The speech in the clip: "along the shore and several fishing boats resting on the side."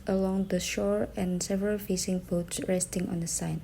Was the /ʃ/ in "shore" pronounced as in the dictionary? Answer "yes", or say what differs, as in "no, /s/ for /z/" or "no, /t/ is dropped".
yes